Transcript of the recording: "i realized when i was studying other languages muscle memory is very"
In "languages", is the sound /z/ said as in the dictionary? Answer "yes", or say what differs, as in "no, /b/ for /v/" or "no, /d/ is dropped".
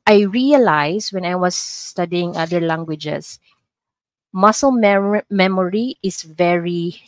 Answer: no, /s/ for /z/